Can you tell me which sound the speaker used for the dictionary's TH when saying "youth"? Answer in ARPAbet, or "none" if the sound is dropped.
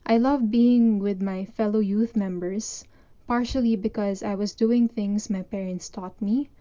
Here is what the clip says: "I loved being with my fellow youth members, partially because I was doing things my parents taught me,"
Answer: TH